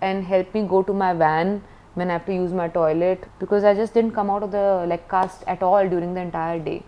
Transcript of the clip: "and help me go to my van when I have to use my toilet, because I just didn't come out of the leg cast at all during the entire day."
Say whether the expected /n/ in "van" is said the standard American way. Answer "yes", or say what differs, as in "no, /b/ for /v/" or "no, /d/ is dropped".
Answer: yes